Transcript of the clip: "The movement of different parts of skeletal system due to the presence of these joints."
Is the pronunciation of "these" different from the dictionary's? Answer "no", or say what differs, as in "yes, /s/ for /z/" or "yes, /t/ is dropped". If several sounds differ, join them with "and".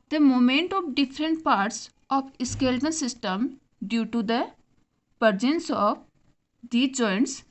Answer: yes, /z/ is dropped